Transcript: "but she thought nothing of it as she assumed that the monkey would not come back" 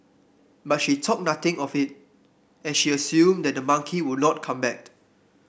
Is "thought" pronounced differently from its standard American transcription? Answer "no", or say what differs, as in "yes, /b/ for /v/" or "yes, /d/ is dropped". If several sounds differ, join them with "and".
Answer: yes, /t/ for /θ/